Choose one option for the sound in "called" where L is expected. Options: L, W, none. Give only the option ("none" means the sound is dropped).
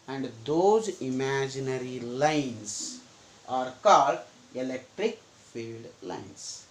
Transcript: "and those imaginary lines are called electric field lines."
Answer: L